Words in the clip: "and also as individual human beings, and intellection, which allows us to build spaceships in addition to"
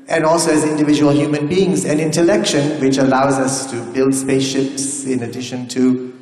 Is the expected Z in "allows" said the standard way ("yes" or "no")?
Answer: yes